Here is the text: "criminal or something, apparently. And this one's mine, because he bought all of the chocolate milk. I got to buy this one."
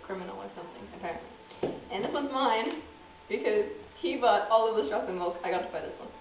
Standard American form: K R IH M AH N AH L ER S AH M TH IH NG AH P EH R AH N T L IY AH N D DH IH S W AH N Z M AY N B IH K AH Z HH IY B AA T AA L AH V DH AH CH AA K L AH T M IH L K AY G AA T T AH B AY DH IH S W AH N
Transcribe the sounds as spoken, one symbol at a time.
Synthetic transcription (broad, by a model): K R IH M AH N L ER S AH M TH IH NG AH P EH R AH N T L IY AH N DH IH S W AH Z M AY N B IH K AH Z HH IY B AA T AA L AH V DH AH S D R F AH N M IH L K AY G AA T T AH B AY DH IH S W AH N